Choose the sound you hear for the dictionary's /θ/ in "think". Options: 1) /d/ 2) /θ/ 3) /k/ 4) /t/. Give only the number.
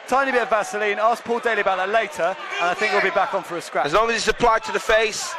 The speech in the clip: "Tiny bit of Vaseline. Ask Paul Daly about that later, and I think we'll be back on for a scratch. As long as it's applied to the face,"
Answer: 2